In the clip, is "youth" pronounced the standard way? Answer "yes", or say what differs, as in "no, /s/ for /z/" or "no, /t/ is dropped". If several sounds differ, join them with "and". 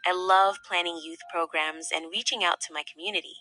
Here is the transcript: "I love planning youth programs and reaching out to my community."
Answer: yes